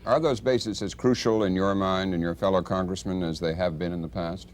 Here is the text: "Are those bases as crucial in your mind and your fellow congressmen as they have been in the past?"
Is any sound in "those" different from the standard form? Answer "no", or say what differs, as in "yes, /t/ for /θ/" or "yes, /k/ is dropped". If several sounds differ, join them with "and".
no